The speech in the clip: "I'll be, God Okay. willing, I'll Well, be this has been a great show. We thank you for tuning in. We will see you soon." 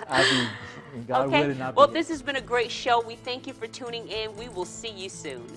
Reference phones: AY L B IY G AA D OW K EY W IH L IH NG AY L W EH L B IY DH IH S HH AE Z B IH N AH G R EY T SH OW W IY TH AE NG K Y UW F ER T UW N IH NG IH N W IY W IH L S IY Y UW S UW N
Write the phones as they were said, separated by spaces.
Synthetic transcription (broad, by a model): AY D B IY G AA OW UH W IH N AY W EH L DH IH S HH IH Z B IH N AH G R EY T SH OW W IY TH AE NG K Y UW F ER T UW N IH NG IH N W IY W IH L S IY Y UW S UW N